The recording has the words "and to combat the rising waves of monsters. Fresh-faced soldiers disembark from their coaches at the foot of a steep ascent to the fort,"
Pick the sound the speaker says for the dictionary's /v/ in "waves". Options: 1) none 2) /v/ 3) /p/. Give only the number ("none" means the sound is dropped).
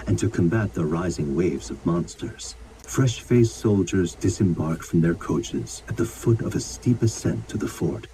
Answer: 2